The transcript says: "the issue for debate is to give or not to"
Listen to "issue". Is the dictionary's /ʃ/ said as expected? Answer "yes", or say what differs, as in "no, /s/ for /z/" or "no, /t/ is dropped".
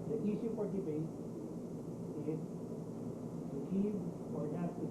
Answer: no, /s/ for /ʃ/